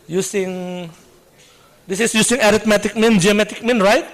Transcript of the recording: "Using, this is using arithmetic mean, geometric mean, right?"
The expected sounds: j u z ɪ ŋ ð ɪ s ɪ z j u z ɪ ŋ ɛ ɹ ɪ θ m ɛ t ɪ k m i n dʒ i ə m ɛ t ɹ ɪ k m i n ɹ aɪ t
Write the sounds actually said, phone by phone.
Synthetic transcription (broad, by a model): j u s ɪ ŋ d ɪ s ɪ s j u s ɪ ŋ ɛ ɹ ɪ t m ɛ t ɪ k m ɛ n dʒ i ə m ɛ t ɪ k m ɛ n ɹ aɪ t